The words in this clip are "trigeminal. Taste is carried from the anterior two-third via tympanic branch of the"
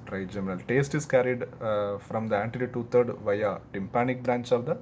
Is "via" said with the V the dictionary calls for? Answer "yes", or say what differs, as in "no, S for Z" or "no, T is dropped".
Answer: yes